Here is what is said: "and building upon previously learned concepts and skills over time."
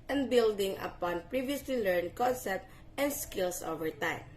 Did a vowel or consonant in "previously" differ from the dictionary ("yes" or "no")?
no